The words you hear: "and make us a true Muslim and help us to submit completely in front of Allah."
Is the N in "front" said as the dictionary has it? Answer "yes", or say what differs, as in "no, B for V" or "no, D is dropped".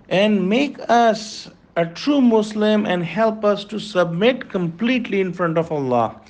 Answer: yes